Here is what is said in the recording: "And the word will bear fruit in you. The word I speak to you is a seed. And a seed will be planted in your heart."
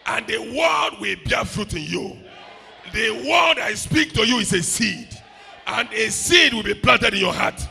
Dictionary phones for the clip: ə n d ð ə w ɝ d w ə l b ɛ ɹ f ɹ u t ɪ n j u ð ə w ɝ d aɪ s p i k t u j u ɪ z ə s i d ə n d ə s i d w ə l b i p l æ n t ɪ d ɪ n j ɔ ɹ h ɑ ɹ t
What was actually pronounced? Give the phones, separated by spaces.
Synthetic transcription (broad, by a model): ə n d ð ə w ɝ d w ə l b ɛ f ɹ u t ɪ n j u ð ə w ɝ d aɪ s p i k t u j u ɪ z ə s i d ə n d ə s i d w ə l b i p l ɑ n t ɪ d ɪ n j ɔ h ɑ t